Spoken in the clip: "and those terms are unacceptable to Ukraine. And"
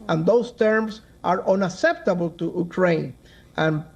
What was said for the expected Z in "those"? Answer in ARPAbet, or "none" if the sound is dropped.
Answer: S